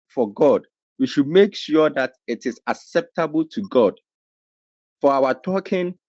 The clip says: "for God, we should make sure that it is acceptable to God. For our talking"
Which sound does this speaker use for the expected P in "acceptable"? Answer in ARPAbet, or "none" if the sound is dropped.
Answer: P